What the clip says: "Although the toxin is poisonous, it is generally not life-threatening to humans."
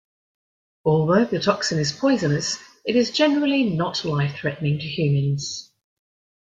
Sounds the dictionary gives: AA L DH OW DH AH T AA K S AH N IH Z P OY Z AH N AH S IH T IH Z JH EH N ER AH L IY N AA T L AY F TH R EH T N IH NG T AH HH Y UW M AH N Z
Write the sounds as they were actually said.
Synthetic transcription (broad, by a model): AA L DH OW DH AH T AA K S AH N IH Z P OY Z AH N AH S IH T IH Z JH EH N ER AH L IY N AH T L AY F TH R EH T N IH NG T AH HH Y UW M AH N Z